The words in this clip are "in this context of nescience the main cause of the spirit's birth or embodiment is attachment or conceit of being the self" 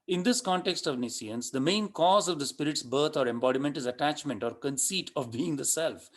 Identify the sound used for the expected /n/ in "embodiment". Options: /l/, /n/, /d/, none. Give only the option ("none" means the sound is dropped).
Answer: /n/